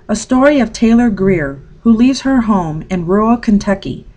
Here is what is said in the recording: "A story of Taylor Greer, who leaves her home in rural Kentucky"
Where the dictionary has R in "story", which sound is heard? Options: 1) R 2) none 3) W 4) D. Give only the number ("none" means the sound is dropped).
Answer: 1